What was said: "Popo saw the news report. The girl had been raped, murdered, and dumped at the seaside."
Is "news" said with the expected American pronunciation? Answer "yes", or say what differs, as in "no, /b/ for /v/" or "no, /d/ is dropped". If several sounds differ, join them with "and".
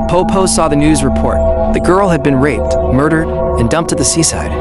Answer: yes